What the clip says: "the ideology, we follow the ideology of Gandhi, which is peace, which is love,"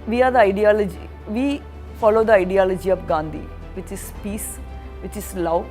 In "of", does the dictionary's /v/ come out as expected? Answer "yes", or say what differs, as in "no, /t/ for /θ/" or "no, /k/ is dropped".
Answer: no, /p/ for /v/